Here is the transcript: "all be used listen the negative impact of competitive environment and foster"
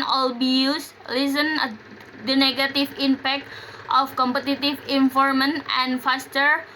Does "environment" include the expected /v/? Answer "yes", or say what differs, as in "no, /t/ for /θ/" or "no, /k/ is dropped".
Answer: no, /f/ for /v/